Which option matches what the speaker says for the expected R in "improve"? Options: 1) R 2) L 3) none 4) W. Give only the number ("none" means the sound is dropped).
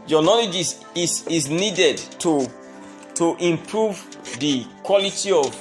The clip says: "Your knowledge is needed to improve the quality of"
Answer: 1